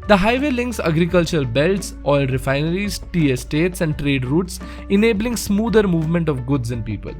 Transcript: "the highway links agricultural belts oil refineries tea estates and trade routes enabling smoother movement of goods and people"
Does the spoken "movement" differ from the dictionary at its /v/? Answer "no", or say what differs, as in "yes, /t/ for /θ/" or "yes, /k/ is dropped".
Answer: no